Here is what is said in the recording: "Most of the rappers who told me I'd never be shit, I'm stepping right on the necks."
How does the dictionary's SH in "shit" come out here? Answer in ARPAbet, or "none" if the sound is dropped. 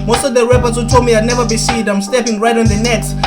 S